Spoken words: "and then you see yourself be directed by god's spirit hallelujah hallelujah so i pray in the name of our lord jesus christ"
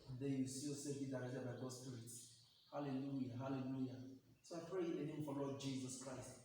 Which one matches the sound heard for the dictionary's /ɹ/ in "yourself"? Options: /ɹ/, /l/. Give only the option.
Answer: /l/